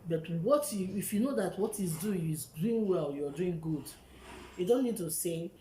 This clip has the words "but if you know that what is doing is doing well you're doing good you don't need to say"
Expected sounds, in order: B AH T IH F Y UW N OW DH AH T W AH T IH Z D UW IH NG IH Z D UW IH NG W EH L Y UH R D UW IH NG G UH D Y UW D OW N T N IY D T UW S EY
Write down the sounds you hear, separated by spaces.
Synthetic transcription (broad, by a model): B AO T IH F Y UW N OW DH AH T W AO T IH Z D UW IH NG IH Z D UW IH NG W EH L Y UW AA D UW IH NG G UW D Y UW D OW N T N IY D T UW S EY